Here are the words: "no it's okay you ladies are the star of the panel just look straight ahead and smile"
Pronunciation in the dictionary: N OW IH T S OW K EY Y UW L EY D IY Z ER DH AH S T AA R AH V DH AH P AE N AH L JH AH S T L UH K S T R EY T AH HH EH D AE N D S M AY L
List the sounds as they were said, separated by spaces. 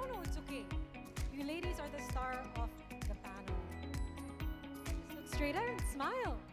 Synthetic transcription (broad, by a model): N OW IH T S OW K EY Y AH L EY D IY Z ER DH AH S T AA R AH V DH AH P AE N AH L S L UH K S T R EY T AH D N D S M AY L